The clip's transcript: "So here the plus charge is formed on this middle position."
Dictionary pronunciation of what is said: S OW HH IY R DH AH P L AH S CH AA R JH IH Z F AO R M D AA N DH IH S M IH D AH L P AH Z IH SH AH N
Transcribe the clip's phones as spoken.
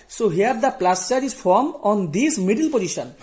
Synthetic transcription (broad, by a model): S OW HH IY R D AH P L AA S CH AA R IH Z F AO R M AA N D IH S M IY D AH L P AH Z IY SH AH N